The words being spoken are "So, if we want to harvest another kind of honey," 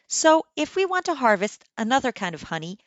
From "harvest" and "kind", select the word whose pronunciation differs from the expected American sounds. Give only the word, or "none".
none